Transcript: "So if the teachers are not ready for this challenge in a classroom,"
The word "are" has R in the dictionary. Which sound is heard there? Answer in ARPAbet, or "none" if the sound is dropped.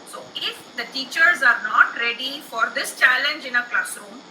R